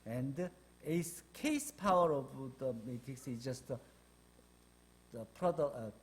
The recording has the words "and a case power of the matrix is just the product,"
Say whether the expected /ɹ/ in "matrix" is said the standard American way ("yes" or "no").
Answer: no